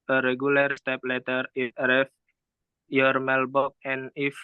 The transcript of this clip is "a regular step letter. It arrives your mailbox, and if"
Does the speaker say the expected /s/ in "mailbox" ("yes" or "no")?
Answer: no